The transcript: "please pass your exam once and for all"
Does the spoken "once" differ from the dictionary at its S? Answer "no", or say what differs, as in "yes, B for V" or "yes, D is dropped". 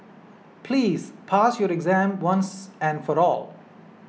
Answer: no